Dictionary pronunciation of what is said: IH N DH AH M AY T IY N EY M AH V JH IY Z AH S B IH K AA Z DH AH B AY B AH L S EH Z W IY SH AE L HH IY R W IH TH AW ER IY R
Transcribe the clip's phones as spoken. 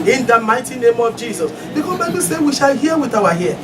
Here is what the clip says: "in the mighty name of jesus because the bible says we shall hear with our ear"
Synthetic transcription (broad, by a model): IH N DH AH M AY T IY N EY M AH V JH IY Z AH S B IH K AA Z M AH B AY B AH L S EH W IY SH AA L HH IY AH W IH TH AW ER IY